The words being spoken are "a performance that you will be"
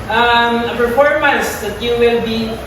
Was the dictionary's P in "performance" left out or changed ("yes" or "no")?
yes